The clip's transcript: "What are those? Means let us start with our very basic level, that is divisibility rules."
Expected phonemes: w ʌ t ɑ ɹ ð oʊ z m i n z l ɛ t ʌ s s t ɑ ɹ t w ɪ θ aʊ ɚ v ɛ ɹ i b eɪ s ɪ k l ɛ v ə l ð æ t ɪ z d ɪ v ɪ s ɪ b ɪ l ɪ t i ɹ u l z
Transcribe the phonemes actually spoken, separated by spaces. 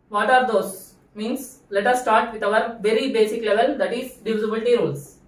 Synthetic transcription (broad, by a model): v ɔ t ɑ ɹ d oʊ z m i n s l ɛ t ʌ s s t ɑ ɹ t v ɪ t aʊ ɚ v ɛ ɹ i b eɪ s ɪ k l ɛ v ə l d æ t ɪ z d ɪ ɪ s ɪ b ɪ l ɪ t i ɹ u l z